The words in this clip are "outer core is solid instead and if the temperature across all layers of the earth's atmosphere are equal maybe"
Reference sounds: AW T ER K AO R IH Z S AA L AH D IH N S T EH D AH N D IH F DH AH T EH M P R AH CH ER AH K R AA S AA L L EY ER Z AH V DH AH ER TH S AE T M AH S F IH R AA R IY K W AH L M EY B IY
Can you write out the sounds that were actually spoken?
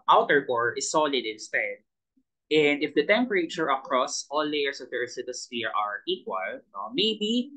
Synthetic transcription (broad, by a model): AW T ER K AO R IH S AA L AH D IH N S T EH D AH N D IH F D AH T EH M P R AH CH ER AH K R AA S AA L L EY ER S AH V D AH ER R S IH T AH S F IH R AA R IY K W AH L M EY B IY